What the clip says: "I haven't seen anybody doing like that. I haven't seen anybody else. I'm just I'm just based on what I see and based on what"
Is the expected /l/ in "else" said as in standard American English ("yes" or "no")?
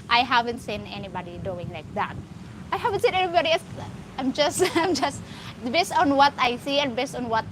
no